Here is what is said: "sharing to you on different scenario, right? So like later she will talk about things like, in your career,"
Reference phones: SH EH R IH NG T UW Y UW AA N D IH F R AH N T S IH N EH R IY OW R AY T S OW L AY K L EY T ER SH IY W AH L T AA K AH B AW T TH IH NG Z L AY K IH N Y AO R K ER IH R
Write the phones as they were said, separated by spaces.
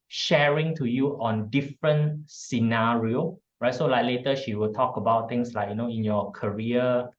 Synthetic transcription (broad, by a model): SH EH R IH NG T UW Y UW AA N D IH F R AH N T S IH N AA R IY OW R AY T S OW L AY K L EY T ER SH IY W AH L T AA K AH B AW T T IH NG S L AY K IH N Y AO K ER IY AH